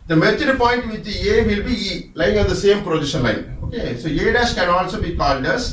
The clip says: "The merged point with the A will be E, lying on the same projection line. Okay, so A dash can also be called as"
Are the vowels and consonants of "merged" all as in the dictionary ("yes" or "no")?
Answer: no